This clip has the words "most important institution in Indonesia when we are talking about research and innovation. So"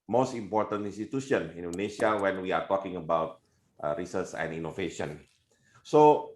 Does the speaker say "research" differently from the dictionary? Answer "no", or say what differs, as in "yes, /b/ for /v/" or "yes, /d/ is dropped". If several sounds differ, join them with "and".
yes, /s/ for /tʃ/